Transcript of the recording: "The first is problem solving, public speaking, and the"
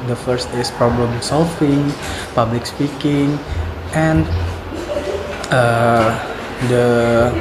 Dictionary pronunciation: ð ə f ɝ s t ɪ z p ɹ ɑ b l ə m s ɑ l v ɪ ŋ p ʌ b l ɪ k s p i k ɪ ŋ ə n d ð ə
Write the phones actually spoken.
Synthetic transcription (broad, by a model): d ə f ɝ s t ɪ s p ɹ ɑ b l ə m s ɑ l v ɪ ŋ p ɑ b l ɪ k s p i k ɪ ŋ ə n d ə